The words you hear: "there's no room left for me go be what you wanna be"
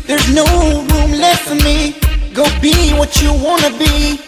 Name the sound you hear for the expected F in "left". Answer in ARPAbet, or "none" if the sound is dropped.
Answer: none